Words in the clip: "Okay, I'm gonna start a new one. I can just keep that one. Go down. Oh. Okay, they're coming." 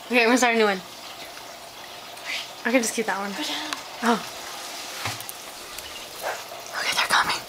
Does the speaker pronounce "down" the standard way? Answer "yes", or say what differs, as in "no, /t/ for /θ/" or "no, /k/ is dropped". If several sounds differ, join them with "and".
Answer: no, /n/ is dropped